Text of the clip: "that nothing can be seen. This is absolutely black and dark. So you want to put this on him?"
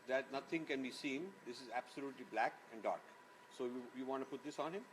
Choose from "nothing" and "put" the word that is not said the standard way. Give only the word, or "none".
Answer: nothing